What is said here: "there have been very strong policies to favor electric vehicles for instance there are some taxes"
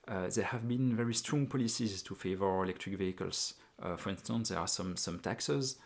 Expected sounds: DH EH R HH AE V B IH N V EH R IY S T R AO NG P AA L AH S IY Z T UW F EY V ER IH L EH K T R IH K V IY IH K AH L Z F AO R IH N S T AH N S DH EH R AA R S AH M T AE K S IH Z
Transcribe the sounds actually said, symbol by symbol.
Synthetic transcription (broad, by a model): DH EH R HH AE V B IH N V EH R IY S T R AO NG P AA L AH S IY Z T UW F EY V ER IH L EH K T R IH K V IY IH K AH L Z F AO R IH N S T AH N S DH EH R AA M S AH M T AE K S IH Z